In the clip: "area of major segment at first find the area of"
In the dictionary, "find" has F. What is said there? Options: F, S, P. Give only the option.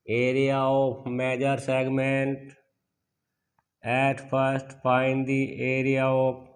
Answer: P